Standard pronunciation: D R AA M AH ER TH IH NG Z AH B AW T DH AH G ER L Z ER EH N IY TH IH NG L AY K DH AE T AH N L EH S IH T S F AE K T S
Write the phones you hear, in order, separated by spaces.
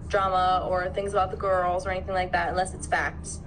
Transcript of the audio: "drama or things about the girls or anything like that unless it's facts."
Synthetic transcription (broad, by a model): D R AA M AH ER TH IH NG Z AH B AW T DH AH G ER L Z ER EH N IY TH IH NG L AY K DH AE T AH N L EH S IH T S F AE K T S